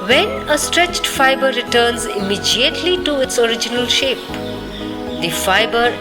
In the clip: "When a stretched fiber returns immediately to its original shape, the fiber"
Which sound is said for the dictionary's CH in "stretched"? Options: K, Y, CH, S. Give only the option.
CH